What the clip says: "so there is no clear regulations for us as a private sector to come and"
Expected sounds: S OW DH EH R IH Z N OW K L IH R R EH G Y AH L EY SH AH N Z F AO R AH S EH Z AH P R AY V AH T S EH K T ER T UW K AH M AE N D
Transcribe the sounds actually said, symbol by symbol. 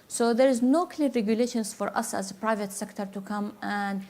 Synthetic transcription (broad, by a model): S OW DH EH R IH Z N OW K L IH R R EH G Y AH L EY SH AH N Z F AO R AH S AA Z AH P R AY V AH T S EH K T ER T UW K AH M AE N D